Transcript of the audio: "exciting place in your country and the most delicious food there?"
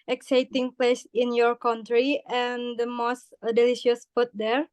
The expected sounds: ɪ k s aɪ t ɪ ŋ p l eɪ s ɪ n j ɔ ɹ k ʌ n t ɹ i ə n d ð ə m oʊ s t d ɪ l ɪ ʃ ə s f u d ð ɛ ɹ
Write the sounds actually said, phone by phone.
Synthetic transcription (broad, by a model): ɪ k s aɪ t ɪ ŋ p l eɪ s ɪ n j ɔ ɹ k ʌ n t ɹ i ə n d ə m oʊ s t d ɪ l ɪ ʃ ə s p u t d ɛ ɹ